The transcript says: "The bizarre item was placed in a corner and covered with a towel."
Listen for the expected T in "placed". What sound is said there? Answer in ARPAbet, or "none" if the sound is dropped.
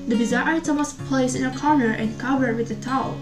none